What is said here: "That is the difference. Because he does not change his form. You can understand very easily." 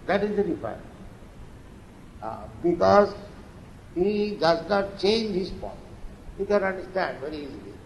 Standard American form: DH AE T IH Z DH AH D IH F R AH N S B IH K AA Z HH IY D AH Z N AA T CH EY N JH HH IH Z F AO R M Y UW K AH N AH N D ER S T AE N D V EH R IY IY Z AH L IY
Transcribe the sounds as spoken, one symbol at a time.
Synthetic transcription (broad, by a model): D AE T IH Z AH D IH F AH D B IH K AA Z HH IY D AH Z N AA T CH EY N JH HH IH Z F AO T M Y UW K AH N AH N D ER S T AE N D V EH R IY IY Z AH L IY